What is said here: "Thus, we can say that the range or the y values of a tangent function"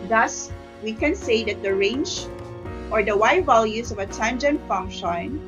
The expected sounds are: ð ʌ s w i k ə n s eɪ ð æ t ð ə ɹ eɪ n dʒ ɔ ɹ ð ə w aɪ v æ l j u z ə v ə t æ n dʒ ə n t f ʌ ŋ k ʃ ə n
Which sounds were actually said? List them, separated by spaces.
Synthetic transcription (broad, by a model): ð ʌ s w i k ə n s eɪ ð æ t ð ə ɹ eɪ n dʒ ɔ ɹ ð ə w aɪ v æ l j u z ə v ə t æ n dʒ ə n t f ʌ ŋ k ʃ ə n